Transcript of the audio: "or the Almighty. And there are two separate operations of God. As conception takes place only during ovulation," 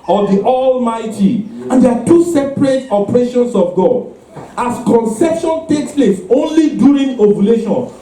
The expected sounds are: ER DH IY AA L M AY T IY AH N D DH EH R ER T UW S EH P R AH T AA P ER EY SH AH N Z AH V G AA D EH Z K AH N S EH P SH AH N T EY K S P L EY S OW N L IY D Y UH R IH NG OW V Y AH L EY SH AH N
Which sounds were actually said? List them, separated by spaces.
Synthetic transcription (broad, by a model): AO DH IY AA L M AY T IY AH N D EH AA T UW S EH P R AH T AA P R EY SH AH N S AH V G AA D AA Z K AH N S EH P SH AH N T EY K S P L EY S OW N L IY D Y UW R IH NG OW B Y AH L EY SH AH N